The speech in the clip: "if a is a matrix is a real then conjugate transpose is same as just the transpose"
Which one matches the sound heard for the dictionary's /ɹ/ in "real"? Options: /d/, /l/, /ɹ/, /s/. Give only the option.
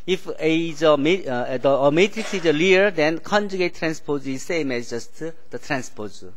/l/